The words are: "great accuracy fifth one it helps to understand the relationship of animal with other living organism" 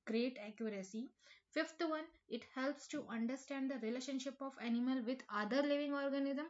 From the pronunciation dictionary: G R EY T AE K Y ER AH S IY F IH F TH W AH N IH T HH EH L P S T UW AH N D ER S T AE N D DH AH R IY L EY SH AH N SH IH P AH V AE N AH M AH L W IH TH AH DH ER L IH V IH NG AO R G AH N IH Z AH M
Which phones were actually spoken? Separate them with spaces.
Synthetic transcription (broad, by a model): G R EY T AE K Y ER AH S IY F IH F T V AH N IH T HH EH L P S T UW AH N D ER S T AE N D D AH R IY L EY SH AH N SH IH P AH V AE N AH M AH L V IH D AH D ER L IH V IH NG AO R G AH N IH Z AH M